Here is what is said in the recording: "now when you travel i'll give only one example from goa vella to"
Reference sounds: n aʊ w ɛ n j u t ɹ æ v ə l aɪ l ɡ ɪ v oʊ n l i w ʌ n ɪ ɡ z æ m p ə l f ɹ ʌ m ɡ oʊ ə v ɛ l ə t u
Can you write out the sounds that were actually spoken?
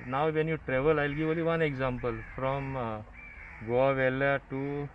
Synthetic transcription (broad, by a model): n aʊ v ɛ n j u t ɹ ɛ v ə l aɪ l ɡ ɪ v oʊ l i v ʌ n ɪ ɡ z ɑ m p ə l f ɹ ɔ m ɡ oʊ ə v ɛ l ə t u